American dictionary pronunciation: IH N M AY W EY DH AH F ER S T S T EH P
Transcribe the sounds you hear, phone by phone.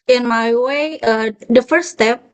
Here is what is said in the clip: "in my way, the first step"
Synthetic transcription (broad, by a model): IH N M AY W EY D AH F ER T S T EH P